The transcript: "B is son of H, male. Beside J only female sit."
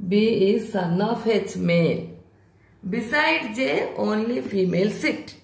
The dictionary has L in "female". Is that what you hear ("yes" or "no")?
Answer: yes